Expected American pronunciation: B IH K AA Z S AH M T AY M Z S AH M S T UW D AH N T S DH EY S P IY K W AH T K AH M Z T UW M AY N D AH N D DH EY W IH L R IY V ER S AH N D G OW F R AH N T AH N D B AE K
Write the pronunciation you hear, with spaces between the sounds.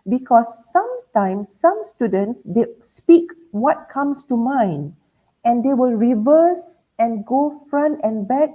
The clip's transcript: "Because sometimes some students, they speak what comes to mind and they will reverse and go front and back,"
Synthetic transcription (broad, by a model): B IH K AA S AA M T AY M S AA M S T UW D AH N T S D EY S P IY K W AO T K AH M S T UW M AY N AH N D EY W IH L R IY V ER S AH N G OW F R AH N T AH N B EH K